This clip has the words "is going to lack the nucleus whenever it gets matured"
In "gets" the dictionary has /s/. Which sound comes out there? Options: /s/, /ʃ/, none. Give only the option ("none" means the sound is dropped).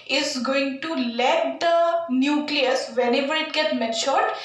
none